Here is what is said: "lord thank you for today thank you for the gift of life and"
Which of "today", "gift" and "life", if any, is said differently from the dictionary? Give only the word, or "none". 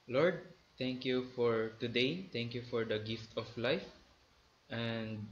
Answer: none